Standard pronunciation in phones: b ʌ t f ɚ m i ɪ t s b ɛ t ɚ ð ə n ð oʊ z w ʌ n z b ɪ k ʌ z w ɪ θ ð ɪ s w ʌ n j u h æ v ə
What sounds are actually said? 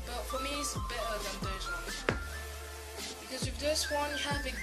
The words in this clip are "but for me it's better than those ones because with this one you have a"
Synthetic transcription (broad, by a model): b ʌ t f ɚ m i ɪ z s b ɛ t ɚ ð ə n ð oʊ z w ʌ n b ɪ k ʌ z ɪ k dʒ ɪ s w ʌ n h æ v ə